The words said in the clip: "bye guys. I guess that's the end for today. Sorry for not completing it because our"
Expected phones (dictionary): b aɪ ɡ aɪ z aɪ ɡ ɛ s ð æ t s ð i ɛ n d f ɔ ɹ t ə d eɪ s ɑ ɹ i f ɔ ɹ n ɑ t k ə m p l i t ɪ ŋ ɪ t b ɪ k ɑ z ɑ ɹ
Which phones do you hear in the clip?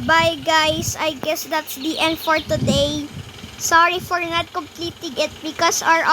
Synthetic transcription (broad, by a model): b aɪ ɡ aɪ s aɪ ɡ ɛ s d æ t s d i ɛ n d f ɔ ɹ t ə d eɪ s ɑ ɹ i f ɔ ɹ n ɑ t k ə m p l i t ɪ ŋ ɪ t b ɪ k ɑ s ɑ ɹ